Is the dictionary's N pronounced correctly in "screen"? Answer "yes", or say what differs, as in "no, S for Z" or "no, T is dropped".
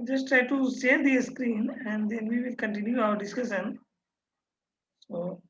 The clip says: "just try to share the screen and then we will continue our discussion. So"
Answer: yes